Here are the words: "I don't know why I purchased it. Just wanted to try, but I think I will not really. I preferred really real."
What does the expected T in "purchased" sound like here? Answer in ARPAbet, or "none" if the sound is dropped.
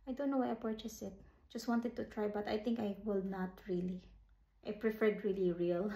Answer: none